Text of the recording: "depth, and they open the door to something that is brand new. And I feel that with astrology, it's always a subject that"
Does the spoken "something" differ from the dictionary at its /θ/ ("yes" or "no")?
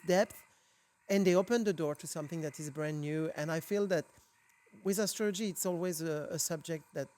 no